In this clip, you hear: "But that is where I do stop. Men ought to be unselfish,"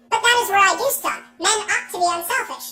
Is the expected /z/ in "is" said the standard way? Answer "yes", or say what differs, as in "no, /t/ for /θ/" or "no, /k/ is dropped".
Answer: yes